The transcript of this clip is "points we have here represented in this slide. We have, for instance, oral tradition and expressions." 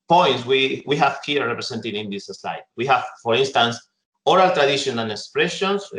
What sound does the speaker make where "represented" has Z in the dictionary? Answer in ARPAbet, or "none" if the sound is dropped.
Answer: S